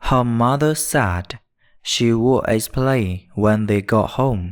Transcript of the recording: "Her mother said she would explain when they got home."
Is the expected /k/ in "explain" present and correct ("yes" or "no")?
no